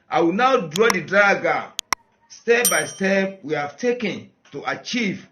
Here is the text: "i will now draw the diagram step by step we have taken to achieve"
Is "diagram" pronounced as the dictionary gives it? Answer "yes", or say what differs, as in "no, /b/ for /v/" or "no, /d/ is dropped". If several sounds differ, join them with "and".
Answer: no, /ɹ/ is dropped